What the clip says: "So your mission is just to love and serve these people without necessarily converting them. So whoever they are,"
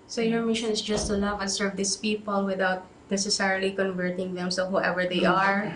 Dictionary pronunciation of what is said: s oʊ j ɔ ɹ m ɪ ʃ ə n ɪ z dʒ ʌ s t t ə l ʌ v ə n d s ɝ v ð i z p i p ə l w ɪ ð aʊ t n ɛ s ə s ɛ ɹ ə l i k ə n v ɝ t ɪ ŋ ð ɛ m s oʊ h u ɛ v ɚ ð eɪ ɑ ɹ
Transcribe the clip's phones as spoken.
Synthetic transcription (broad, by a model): s oʊ j ɔ ɹ m ɪ ʃ ə n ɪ s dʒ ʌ s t t ə l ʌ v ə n s ɝ v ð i s p i p ə l w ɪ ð aʊ t n ɛ s ə s ɛ ɹ ə l i k ə n v ɝ t ɪ ŋ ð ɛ m s oʊ h u ɛ v ɚ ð eɪ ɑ ɹ